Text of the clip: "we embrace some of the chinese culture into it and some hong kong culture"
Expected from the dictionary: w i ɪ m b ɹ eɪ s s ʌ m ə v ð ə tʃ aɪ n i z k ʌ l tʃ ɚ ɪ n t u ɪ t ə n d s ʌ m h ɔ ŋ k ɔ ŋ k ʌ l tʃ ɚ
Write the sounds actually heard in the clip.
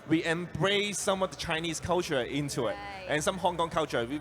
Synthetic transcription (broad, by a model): w i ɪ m b ɹ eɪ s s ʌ m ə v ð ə tʃ aɪ n i s k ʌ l tʃ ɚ ɪ n t u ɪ t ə n s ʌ m h ɔ ŋ k ɔ ŋ k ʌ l tʃ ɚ